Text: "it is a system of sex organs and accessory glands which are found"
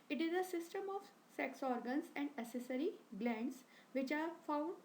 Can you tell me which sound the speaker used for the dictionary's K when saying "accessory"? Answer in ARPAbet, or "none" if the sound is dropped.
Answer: none